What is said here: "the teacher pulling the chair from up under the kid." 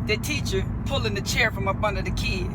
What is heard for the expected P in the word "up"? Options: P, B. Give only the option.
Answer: B